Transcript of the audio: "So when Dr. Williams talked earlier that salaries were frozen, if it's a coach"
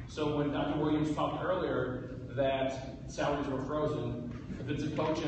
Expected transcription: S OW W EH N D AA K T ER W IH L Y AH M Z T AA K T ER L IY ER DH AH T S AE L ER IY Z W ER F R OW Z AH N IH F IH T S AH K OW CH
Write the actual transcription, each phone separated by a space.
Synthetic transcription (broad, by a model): S OW W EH N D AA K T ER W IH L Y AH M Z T AA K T ER L IY ER DH AH T S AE UH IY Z W ER F R OW Z AH N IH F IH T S AH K OW CH